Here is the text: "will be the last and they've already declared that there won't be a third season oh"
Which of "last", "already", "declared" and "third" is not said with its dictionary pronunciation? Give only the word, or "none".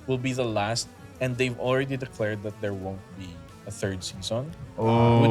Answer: none